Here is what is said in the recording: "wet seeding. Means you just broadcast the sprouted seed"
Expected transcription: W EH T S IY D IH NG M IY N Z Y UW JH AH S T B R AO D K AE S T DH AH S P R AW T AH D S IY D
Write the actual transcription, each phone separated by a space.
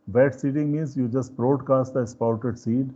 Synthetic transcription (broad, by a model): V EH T S IY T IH NG M IY N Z Y UW JH AH S T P R AO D K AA S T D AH S P AW T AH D S IY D